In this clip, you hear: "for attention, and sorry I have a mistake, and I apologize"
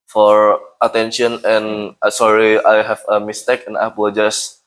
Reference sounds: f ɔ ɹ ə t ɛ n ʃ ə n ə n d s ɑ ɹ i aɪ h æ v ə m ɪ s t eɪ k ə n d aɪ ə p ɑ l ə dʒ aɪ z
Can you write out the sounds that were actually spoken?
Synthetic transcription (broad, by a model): f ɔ ɹ ə t ɛ n ʃ ə n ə n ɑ s ɑ ɹ i aɪ h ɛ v ə m ɪ s t eɪ k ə n aɪ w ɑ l dʒ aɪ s